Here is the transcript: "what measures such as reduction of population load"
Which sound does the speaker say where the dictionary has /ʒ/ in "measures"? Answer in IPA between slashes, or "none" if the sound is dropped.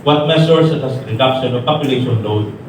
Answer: /s/